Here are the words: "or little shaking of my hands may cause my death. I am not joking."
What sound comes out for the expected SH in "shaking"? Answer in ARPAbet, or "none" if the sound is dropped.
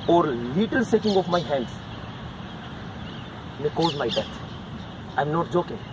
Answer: S